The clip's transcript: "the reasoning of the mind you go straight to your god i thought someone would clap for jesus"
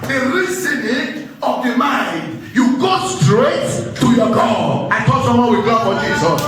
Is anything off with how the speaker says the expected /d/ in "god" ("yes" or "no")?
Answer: yes